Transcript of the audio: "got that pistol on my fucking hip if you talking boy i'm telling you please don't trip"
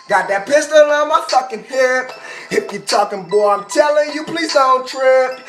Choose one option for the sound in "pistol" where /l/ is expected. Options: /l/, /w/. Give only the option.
/l/